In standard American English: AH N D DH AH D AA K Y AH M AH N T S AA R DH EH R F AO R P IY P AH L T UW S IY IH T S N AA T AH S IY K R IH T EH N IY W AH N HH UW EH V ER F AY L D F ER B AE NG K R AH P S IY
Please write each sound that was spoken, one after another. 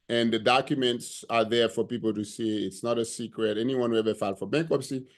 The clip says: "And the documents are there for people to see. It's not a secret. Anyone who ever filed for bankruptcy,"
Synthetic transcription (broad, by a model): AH N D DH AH D AA K Y AH M AH N T S AA R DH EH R F AO R P IY P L T UW S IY IH T S N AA T AH S IY K R IH T EH N IY W AH N HH UW EH V ER F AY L F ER B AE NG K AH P S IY